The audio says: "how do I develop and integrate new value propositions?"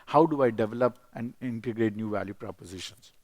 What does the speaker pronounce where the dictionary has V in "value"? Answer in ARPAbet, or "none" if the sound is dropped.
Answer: V